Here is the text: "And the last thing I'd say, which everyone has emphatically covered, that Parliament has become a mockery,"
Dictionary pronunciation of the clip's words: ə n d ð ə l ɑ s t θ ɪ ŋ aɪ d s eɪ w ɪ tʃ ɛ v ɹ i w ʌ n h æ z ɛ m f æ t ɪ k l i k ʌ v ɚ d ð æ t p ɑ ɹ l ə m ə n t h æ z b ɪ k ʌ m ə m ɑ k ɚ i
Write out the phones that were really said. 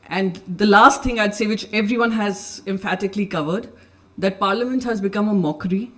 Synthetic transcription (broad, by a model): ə n d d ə l ɑ s t t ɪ ŋ aɪ d s eɪ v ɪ tʃ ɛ v ɹ i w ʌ n h æ z ɛ m f æ t ɪ k l i k ʌ v ɚ d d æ t p ɑ ɹ l ə m ə n t h æ z b ɪ k ʌ m ə m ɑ k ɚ i